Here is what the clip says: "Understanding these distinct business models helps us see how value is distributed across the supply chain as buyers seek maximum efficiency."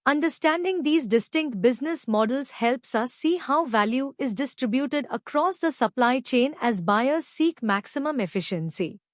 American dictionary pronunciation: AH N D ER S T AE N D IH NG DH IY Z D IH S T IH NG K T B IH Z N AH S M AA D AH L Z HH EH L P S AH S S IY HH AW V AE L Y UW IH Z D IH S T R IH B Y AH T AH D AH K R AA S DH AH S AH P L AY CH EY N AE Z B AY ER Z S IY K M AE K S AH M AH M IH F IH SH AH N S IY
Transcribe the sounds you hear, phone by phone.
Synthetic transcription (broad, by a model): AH N D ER S T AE N D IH NG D IY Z D IH S T IH NG K T B IH Z N AH S M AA D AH L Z HH EH L P S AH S S IY HH AW V AE L Y UW IH Z D IH S T R IH B Y AH T AH D AH K R AA S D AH S AH P L AY CH EY N AE Z B AY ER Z S IY K M AE K S AH M AH M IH F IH SH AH N S IY